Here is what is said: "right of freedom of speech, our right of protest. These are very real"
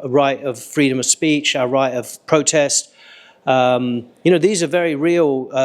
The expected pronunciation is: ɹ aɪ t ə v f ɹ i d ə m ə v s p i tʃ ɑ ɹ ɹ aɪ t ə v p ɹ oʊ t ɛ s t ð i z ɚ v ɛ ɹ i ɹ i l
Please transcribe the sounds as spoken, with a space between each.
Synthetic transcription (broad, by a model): ɹ aɪ t ə v f ɹ i d ə m ə v s p i tʃ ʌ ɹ ɹ aɪ t ə v p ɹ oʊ t ɛ s t ð i z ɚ v ɛ ɹ i ɹ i l